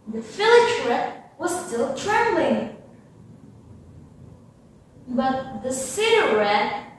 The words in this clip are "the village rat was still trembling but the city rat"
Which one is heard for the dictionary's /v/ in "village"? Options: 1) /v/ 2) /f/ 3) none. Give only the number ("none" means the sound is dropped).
2